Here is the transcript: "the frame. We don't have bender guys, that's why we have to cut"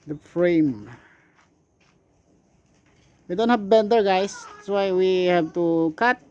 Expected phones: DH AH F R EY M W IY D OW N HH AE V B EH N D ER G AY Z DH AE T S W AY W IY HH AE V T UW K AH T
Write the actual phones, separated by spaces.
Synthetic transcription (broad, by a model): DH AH F R EY M W IY D OW N HH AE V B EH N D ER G AY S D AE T S W AY W IY HH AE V T UW K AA T